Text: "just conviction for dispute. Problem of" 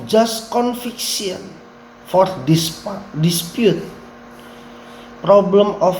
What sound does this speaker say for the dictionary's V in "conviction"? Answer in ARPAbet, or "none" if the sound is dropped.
F